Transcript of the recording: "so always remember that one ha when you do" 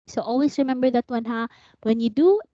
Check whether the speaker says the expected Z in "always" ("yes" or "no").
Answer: no